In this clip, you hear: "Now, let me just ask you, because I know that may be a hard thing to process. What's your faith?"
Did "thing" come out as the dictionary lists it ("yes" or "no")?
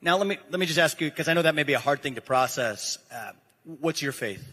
yes